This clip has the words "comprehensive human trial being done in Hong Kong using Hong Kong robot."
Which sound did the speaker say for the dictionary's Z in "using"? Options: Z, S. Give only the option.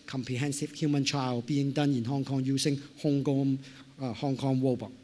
S